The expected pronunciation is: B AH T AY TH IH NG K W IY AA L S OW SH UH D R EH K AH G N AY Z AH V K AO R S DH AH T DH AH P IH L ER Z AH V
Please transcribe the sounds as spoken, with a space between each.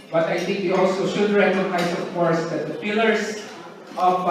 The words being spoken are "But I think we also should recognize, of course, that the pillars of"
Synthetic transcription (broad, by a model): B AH T AY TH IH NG K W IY AA L S OW SH UH D R EH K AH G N AY S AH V K AO R S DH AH T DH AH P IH L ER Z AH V